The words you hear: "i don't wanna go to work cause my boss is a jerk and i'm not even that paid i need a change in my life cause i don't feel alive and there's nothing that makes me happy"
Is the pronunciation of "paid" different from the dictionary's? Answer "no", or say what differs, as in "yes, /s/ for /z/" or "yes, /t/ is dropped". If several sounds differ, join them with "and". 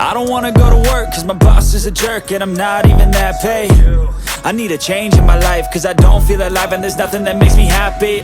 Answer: yes, /d/ is dropped